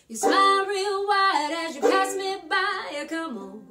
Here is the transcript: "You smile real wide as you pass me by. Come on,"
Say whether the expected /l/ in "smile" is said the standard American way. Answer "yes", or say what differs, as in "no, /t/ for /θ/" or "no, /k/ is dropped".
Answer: no, /n/ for /l/